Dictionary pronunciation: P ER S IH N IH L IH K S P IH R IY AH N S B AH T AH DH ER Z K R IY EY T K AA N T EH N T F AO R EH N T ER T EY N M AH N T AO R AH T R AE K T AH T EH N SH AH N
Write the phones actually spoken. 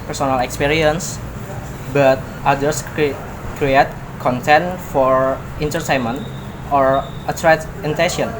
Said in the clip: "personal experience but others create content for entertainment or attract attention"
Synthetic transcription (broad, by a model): P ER S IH N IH L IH K S P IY R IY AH N S B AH T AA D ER S K R IY EY T K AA N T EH N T F AO R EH N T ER T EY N M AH N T AO R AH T R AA T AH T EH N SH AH N